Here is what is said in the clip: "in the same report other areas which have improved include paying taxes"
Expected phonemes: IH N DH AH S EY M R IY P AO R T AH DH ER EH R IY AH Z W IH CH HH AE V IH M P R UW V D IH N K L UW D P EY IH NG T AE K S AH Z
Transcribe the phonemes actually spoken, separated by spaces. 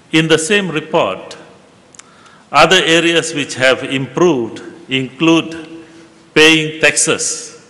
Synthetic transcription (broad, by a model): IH N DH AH S EY M R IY P AO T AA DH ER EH R IY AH S W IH CH HH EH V IH M P R UW V D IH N K L UW D P EY IH NG T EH K S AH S